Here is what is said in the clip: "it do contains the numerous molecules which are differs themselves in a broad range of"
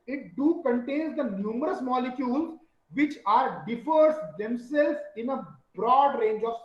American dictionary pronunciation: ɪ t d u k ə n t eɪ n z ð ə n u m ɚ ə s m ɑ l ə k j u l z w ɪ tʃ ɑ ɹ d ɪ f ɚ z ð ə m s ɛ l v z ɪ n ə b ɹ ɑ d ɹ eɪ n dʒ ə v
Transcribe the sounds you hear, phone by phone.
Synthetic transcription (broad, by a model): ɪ t d u k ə n t eɪ n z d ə n u m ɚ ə s m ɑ l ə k j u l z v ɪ tʃ ɑ ɹ d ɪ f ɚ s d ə m s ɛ l z ɪ n ə b ɹ ɑ d ɹ eɪ n dʒ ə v